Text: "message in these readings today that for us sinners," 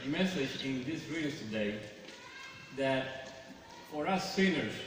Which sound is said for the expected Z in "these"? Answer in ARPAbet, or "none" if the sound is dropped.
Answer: S